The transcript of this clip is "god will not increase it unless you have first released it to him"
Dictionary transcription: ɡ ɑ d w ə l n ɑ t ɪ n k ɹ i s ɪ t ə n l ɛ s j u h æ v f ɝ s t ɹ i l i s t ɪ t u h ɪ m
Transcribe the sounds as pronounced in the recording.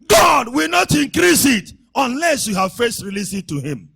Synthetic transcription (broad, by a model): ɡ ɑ d w ə l n ɑ t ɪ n k ɹ i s ɪ t ə n l ɛ s j u h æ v f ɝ s t ɹ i l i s ɪ t u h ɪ m